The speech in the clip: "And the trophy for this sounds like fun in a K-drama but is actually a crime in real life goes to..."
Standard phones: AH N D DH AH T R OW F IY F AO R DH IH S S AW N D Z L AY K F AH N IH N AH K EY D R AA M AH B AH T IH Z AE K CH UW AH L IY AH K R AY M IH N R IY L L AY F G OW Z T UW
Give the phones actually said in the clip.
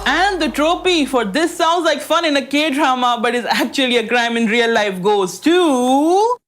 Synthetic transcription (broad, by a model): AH N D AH T R OW P IY F AO R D IH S S AW N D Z L AY K F AH N IH N AH K EY D R AA M AH B AH T IH Z AE K CH UW AH L IY AH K R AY M IH N R IY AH L AY F G OW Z T UW